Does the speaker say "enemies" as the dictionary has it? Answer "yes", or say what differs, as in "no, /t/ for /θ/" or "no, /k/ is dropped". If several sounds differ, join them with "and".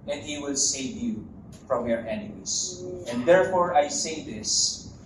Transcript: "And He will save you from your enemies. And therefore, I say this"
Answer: no, /s/ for /z/